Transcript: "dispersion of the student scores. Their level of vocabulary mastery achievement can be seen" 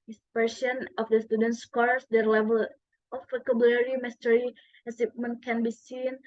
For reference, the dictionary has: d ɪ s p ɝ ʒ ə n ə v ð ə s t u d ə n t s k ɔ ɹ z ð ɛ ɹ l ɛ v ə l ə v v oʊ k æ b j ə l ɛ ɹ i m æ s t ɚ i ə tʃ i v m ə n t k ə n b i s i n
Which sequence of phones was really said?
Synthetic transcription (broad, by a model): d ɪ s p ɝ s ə n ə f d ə s t u d ə n t s k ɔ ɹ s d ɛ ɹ l ɛ v ə l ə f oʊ k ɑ b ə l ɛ ɹ i m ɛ s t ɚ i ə s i p m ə n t k ə n b i s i n